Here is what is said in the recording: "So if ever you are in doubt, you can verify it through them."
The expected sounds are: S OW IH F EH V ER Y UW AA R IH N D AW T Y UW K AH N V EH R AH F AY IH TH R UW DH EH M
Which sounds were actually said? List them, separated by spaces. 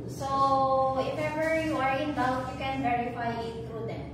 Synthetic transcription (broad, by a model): S OW IH F EH V ER Y UW AA R IH N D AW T Y UW K AH N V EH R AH F AY IH T R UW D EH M